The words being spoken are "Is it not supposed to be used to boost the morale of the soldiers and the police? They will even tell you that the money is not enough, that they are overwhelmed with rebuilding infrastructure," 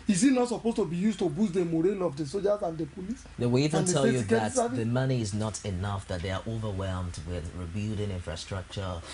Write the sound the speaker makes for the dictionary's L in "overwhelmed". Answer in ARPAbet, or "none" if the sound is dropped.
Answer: L